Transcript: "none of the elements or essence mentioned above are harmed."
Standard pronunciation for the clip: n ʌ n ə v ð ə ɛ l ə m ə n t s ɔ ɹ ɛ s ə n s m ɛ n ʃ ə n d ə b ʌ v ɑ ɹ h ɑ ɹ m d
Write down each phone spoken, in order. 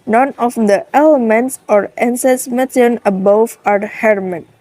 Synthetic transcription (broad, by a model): n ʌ n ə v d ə ɛ l ə m ə n t s ɔ ɹ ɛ s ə s m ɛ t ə n ə b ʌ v ɑ ɹ h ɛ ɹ m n